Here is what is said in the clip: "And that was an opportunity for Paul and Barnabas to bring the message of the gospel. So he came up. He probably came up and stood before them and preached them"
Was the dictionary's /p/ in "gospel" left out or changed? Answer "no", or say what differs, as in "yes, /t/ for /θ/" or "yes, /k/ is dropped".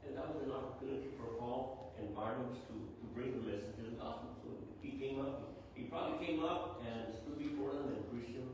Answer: yes, /p/ is dropped